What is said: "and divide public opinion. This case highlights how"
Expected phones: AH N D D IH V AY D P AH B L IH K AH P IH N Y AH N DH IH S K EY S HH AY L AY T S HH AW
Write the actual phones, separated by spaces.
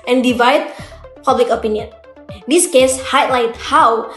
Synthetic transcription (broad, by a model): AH N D D IH V AY D P AH B L IH K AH P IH N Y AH N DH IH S K EY S HH AY L AY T HH AW